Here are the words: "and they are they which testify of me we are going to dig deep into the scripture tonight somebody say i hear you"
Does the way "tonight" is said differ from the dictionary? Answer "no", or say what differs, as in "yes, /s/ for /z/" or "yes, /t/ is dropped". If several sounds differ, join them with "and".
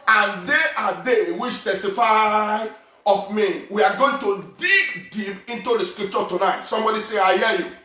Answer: no